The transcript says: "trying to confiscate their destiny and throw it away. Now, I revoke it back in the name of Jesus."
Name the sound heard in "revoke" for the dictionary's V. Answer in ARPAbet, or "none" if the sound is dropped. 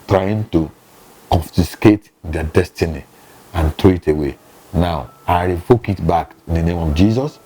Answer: F